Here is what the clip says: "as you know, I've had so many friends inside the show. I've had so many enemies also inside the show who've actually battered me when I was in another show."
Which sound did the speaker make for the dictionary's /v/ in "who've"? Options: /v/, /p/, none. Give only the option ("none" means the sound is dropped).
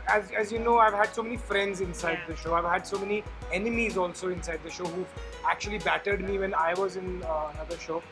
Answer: none